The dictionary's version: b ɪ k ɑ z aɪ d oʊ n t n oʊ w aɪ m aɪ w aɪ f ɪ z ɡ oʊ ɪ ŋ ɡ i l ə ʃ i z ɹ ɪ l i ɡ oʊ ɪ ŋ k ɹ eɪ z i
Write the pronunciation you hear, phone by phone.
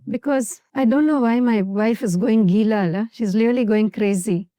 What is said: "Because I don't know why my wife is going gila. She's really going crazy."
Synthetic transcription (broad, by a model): b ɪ k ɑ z aɪ d oʊ n t n oʊ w aɪ m aɪ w aɪ f ɪ z ɡ oʊ ɪ ŋ ɡ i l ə ʃ i z l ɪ l i ɡ oʊ ɪ ŋ k ɹ eɪ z i